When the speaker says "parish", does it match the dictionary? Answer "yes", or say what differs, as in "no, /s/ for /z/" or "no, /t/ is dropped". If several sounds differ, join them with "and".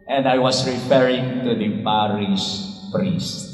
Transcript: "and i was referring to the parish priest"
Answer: no, /s/ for /ʃ/